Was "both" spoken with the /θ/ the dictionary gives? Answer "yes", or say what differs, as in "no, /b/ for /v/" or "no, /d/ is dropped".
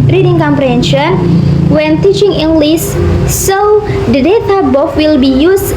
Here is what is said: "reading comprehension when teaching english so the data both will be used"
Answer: no, /f/ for /θ/